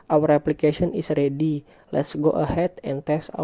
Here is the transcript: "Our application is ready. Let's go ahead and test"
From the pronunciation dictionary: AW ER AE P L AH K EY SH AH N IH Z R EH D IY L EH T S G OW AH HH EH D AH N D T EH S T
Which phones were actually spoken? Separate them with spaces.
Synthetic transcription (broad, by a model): AW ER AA P L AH K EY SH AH N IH S R EH D IY L EH T S G OW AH HH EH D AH N T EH S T